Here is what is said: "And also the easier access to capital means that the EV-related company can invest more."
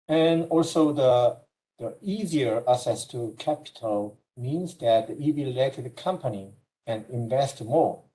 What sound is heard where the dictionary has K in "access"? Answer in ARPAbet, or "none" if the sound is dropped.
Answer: none